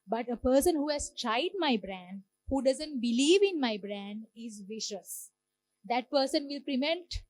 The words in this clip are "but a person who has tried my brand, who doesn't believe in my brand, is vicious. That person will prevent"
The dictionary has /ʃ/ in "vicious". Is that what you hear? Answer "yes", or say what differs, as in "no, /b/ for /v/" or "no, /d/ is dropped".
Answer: yes